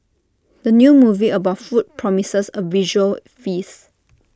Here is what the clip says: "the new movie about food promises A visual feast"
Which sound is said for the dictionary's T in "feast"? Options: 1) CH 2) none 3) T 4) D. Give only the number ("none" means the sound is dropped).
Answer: 2